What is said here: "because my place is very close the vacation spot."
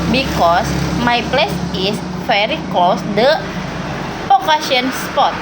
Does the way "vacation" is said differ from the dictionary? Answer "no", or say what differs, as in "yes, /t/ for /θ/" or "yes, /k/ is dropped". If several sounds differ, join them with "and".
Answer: yes, /f/ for /v/